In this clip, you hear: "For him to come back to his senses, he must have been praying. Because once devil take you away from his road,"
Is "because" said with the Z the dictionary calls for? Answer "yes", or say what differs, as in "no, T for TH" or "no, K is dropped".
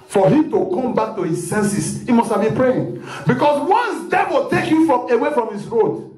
no, S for Z